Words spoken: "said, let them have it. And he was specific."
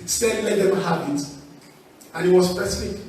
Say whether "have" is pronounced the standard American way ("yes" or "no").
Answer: no